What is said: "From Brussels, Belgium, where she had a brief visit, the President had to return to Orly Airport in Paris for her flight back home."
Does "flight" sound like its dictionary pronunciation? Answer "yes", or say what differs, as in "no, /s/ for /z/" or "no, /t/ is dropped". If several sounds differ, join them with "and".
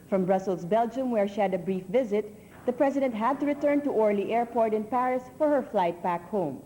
yes